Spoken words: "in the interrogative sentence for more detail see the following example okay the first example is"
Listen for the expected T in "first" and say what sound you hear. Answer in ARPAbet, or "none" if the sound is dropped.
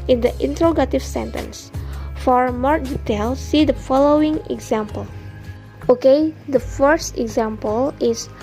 T